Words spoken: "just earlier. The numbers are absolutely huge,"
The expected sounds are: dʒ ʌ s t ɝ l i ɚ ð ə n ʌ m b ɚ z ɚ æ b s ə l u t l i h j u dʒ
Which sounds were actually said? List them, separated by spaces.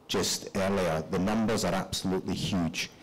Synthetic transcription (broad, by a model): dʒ ʌ s t ɝ l i ɚ ð ə n ʌ m b ɚ z ɚ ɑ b s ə l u t l i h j u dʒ